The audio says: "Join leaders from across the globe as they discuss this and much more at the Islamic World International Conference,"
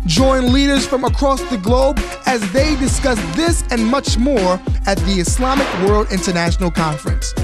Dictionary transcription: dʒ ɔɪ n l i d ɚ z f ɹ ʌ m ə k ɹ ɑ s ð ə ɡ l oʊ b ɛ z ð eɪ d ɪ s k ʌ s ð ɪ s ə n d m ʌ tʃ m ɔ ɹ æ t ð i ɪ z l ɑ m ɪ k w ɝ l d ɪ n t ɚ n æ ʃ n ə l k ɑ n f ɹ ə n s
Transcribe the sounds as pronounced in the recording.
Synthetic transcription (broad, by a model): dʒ ɔɪ n l i d ɚ z f ɹ ʌ m ə k ɹ ɑ s ð ə ɡ l oʊ b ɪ z ð eɪ d ɪ s k ʌ s ð ɪ s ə n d m ʌ tʃ m ɔ ɹ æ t ð i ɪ s l ɑ m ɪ k w ɝ l d ɪ n t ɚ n æ ʃ n l k ɑ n f ɹ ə n s